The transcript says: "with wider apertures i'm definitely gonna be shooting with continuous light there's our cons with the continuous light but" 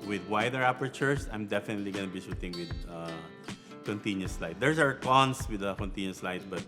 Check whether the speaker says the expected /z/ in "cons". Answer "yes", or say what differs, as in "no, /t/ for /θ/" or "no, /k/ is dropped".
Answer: no, /s/ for /z/